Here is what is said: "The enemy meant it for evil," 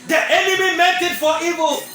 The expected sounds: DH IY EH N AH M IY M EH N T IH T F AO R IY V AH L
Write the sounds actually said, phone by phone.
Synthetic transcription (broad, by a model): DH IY EH N AH M IY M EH T IH T F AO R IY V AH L